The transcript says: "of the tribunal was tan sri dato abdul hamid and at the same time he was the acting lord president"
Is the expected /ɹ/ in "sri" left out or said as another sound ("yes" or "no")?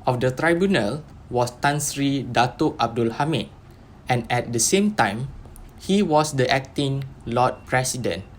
no